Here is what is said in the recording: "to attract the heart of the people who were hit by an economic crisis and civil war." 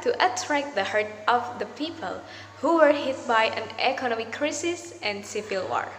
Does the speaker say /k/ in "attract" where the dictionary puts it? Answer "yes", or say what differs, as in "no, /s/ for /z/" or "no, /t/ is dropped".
yes